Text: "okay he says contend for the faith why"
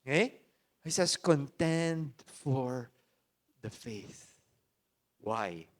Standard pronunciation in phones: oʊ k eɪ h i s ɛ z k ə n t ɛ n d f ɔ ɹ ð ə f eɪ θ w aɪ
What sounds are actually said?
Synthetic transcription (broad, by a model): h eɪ h i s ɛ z k ə n t ɛ n d f ɔ ɹ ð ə f eɪ θ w aɪ